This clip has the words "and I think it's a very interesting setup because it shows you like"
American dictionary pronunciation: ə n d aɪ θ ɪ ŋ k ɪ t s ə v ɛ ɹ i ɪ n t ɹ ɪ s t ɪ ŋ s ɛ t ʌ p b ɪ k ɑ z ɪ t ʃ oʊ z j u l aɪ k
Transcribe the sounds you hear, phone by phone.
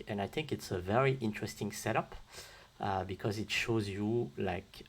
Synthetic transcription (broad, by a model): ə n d aɪ θ ɪ ŋ k ɪ t s ə v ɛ ɹ i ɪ n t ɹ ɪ s t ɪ ŋ s ɛ t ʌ p b ɪ k ɑ z ɪ t ʃ oʊ z j u l aɪ k